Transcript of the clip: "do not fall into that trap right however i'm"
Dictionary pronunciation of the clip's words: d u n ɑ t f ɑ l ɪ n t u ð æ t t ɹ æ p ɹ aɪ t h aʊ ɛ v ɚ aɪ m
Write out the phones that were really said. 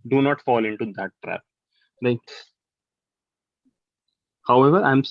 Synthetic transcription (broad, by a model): d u n ɑ t f ɑ l ɪ n t u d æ t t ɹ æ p l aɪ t h aʊ ɛ v ɚ aɪ m